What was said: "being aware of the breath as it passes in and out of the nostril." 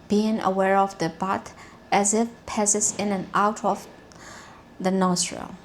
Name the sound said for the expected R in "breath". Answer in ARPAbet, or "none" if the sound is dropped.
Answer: none